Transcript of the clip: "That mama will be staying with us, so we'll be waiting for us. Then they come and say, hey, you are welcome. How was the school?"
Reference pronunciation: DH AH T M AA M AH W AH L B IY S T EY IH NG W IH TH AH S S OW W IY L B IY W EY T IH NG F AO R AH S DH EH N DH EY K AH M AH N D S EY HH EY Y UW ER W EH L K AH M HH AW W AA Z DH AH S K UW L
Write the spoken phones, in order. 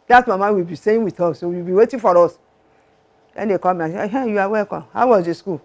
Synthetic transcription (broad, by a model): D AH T M AA M AH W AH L B IY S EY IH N W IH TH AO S S OW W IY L B IY W EY T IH F AO R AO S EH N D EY K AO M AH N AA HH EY Y UW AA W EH K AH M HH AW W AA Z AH S K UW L